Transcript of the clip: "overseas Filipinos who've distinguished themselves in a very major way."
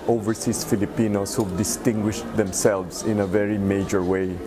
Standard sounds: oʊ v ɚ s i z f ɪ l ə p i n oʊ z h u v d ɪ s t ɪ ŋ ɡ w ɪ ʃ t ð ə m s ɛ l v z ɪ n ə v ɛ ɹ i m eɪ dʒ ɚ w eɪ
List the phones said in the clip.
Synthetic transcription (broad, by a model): oʊ v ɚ s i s f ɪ l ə p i n oʊ s h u d ɪ s t ɪ ŋ ɡ w ɪ ʃ t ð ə m s ɛ l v s ɪ n ə v ɛ ɹ i m eɪ dʒ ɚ w eɪ